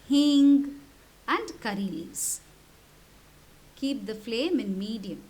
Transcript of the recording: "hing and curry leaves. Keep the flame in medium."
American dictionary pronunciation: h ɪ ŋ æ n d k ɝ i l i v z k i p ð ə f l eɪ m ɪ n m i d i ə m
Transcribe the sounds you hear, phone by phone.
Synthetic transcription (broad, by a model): h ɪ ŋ æ n d k ɝ i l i z k i p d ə f l eɪ m ɪ n m i d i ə m